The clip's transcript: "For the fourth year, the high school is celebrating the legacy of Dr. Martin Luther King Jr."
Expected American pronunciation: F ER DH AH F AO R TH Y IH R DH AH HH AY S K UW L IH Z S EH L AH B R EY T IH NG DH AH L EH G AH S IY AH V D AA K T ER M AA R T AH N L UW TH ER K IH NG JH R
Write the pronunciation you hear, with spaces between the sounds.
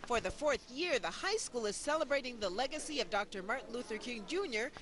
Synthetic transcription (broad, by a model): F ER DH AH F AO R TH Y IH R DH AH HH AY S K UW L IH Z S EH L AH B R EY T IH NG DH AH L EH G AH S IY AH V D AA K T ER M AA R T N L UW TH ER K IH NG JH R